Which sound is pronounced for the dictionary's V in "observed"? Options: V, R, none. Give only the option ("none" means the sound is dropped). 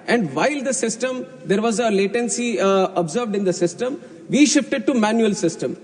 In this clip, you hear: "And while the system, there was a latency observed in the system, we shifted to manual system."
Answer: V